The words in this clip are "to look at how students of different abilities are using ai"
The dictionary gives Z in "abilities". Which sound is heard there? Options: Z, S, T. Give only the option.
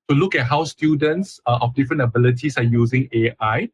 S